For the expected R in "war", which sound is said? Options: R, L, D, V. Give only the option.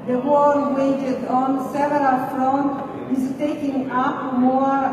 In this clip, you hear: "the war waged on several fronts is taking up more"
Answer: L